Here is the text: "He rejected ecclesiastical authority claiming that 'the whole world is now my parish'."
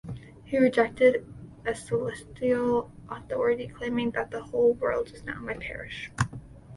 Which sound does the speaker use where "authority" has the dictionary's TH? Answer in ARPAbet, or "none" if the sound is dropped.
TH